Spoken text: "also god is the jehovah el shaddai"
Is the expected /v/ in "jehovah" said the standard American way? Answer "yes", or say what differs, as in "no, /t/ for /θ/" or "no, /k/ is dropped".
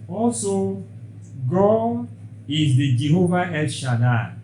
yes